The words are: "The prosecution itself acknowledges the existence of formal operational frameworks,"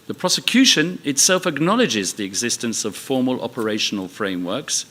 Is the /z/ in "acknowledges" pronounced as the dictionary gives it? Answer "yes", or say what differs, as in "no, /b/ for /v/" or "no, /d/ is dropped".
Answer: yes